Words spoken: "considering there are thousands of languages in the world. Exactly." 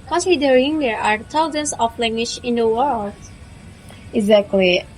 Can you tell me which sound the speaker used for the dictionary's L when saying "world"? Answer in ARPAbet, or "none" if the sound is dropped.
L